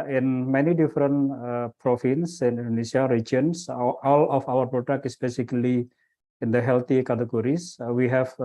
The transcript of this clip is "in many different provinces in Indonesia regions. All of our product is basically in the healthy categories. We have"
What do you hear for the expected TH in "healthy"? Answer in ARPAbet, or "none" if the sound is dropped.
T